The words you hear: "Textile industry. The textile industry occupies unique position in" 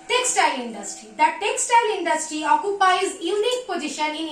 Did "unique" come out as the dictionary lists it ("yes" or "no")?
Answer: yes